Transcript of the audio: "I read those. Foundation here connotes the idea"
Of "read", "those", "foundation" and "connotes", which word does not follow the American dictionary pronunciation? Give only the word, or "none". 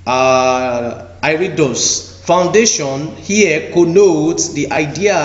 those